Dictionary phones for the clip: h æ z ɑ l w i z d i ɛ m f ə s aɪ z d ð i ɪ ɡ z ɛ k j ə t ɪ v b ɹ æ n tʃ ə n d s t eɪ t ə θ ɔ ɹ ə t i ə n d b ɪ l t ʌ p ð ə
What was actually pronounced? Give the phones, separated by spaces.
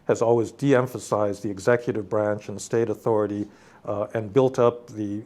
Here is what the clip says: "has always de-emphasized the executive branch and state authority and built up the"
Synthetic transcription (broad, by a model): h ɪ z ɑ l w i z d i ɛ m f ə s aɪ z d ð i ɪ ɡ z ɛ k j ə t ɪ v b ɹ æ n tʃ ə n s t eɪ t ə θ ɔ ɹ ə t i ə n b ɪ l t ʌ p ð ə